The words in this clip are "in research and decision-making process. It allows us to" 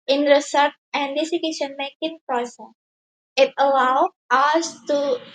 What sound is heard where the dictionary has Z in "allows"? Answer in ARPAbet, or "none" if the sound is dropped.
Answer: none